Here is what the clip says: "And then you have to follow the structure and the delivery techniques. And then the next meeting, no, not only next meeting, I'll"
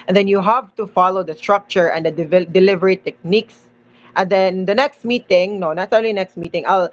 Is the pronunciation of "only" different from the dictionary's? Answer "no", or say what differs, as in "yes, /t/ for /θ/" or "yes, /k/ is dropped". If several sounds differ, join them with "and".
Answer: yes, /n/ is dropped